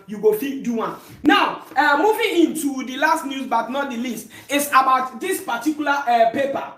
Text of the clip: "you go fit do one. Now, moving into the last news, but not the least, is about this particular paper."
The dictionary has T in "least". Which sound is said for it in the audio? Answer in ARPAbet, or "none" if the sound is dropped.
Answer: T